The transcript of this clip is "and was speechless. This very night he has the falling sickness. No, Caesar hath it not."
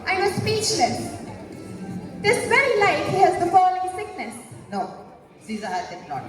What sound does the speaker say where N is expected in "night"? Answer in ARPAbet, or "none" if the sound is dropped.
L